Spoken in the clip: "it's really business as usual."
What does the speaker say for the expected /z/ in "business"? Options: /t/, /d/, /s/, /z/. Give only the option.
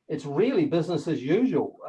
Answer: /z/